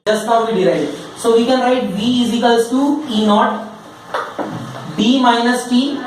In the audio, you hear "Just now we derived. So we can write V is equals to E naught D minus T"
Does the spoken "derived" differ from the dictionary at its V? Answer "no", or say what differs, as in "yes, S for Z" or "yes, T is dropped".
yes, V is dropped